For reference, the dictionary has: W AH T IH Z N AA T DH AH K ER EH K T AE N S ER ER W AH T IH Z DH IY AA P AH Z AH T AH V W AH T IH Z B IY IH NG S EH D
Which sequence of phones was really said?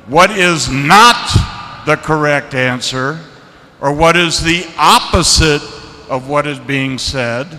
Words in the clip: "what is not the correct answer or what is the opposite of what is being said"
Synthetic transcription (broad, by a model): W AH T IH Z N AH T DH AH K ER EH K T AE N S ER ER W AH T IH Z DH IY AA P AH Z AH T AH V W AH T IH Z B IY IH NG S EH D